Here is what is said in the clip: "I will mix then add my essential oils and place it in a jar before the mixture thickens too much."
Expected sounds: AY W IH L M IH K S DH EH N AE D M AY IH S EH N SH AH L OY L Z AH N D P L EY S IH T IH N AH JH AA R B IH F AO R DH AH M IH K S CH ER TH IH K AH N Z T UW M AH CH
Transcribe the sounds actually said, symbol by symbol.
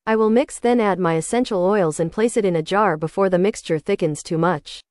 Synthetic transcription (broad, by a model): AY W IH L M IH K S DH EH N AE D M AY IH S EH N SH L OY L Z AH N P L EY S IH T IH N AH JH AA R B IH F AO R DH AH M IH K S CH ER TH IH K AH N Z T UW M AH CH